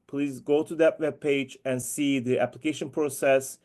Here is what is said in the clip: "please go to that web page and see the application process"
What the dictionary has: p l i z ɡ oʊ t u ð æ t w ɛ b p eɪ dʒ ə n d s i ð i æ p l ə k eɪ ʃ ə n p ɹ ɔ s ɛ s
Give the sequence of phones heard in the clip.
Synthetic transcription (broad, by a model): p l i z ɡ oʊ t u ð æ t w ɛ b p eɪ dʒ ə n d s i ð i æ p l ə k eɪ ʃ ə n p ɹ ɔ s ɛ s